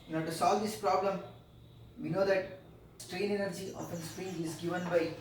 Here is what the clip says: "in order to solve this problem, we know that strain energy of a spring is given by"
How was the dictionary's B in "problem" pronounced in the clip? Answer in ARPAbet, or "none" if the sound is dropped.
B